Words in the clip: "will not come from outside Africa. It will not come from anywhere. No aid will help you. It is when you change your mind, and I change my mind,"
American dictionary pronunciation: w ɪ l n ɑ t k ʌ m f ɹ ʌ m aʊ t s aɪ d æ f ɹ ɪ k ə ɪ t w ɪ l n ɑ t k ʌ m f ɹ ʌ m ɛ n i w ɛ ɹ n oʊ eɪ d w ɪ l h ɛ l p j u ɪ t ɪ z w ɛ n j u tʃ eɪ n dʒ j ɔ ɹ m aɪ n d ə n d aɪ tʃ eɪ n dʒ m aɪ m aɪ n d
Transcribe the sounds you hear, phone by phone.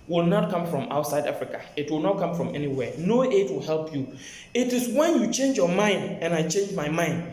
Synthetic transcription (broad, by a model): w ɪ l n ɑ t k ʌ m f ɹ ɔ m aʊ t s aɪ d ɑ f ɹ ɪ k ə ɪ t w ɪ l n ɑ t k ʌ m f ɹ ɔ m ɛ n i w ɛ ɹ n oʊ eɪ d w ɪ l h ɛ l p j u ɪ t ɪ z w ɛ n j u tʃ eɪ n dʒ j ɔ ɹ m aɪ n d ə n aɪ tʃ eɪ n dʒ m aɪ m aɪ n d